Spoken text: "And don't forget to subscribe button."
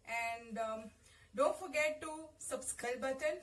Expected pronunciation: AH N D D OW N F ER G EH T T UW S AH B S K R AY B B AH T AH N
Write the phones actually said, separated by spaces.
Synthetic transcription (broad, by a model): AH N D D OW N F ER G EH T T UW S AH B S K AY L B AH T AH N